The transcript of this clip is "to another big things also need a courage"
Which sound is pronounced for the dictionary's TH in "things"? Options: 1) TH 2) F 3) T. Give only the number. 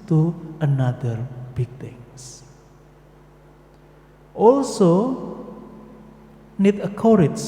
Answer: 3